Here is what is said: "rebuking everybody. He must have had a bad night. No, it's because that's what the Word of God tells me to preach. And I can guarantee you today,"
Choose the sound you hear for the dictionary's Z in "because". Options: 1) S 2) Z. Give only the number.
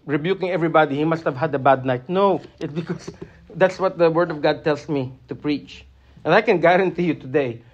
1